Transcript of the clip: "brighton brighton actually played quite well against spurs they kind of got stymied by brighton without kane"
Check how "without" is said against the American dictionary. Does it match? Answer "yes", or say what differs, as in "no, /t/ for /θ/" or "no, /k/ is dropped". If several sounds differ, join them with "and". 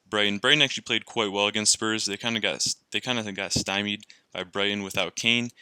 yes